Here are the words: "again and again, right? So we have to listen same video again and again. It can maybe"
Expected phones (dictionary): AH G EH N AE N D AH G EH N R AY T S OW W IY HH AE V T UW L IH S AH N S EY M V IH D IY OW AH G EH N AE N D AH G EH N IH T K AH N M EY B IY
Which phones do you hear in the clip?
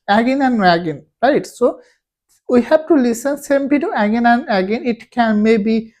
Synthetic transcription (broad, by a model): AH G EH N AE N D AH G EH N R AY T S OW W IY HH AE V T UW L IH S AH N S EY M P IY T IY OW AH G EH N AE N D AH G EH N IH T K AH N M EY B IY